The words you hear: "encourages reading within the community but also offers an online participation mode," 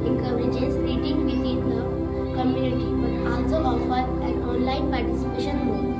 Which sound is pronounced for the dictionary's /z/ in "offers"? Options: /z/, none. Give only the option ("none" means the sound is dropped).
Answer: none